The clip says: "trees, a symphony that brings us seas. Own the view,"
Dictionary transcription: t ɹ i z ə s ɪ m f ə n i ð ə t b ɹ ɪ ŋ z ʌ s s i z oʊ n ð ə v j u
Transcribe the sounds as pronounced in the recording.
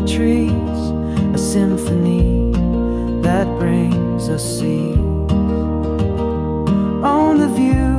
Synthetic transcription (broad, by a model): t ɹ i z ə s ɪ m f ə n i ð ə t b ɹ ɪ ŋ z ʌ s s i oʊ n ð ə v j u